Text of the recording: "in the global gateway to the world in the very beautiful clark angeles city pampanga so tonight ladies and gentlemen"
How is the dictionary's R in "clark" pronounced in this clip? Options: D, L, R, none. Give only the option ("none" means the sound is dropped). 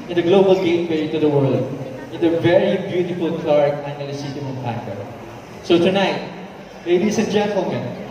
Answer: R